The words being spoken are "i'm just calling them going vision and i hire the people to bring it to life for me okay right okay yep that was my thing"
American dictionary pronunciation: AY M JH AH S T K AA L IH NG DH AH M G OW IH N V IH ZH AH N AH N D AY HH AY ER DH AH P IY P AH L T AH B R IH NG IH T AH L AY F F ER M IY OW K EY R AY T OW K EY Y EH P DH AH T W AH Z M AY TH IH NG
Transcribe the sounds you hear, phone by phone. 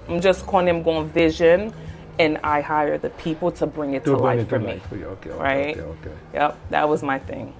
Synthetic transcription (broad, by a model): AY M JH AH S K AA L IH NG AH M G OW IH N V IH ZH AH N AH N AY HH AY ER DH AH P IY P L T AH B R IH NG IH T AH L AY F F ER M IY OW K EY R AY T OW K EY Y EH P DH AH T W AH Z M AY TH IH NG